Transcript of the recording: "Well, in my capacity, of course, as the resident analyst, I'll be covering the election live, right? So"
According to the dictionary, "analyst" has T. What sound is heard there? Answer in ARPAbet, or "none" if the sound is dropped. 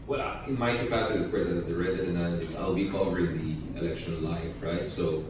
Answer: none